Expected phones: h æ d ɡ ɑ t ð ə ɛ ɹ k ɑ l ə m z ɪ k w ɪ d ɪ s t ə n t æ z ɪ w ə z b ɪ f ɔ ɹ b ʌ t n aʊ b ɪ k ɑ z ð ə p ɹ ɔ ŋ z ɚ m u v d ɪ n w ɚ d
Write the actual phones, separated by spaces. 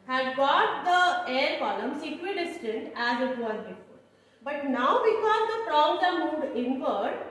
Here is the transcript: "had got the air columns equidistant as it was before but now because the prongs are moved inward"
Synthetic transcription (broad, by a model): h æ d ɡ ɑ t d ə ɛ ɹ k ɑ l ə m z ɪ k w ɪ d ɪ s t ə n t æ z ɪ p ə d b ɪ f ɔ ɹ b ʌ t n aʊ b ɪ k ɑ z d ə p ɹ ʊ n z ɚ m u d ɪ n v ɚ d